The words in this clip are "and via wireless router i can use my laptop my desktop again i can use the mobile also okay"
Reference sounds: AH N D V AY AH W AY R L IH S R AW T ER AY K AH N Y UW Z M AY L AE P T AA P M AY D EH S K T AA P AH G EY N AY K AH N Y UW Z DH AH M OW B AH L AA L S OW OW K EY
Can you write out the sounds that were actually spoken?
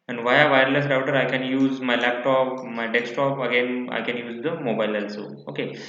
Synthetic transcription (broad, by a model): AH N V AY AH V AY R L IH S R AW T ER AY K AH N Y UW Z M AY L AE P T AA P M AY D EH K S T AA P AH G EY N AY K AH N Y UW Z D AH M OW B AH L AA L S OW OW K EY